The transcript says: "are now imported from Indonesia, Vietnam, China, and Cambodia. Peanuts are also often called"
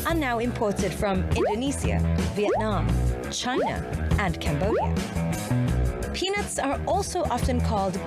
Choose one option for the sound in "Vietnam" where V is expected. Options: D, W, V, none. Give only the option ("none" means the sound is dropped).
V